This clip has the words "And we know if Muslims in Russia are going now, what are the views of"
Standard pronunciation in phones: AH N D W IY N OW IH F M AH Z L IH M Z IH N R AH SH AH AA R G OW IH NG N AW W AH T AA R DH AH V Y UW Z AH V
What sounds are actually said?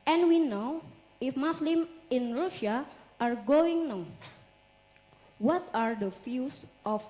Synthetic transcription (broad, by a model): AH N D W IY N OW IH F M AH S L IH M IH N R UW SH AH AA R G OW IH NG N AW W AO T AA R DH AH F Y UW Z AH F